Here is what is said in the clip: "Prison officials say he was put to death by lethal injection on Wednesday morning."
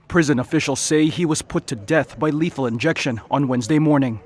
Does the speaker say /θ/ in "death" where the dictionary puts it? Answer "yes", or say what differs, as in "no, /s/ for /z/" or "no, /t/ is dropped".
yes